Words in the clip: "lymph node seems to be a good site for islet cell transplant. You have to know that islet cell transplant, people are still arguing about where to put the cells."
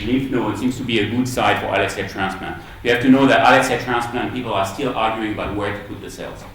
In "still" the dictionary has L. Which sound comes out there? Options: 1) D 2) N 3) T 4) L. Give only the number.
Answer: 4